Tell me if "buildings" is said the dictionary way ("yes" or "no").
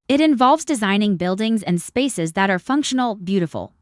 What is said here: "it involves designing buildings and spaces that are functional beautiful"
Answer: yes